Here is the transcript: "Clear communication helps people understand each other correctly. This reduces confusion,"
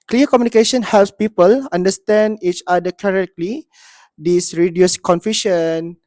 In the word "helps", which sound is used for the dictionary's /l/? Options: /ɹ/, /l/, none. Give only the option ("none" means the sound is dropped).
/l/